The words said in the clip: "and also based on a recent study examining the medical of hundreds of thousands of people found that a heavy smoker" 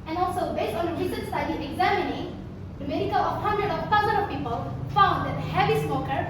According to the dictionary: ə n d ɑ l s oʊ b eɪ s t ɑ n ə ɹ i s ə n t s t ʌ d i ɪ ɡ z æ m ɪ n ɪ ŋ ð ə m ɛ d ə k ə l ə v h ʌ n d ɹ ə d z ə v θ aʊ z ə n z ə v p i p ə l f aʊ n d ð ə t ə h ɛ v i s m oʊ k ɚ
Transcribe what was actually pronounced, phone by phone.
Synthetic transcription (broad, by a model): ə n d ɑ l s oʊ b eɪ s t ɑ n ə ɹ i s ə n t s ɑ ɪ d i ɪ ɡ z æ m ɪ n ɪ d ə m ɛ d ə k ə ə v h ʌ n d ɹ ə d ə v t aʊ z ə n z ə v p i p ə l f aʊ n d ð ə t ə h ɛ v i s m oʊ k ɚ